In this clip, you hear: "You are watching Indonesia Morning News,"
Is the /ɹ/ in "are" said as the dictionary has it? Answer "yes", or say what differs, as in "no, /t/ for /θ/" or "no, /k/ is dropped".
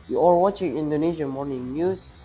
no, /l/ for /ɹ/